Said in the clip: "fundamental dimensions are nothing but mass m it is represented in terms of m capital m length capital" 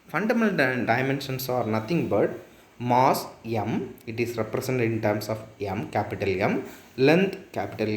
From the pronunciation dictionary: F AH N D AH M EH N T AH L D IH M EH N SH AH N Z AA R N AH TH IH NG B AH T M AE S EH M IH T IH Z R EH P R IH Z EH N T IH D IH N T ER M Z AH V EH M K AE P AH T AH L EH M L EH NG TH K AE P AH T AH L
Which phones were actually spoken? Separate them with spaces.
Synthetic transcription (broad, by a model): F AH N D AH M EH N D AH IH M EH N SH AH N S AA R N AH T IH NG B AH T M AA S EH M IH T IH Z R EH P R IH S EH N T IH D IH N T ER M S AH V EH M K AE P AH T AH L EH M L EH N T K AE P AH T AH L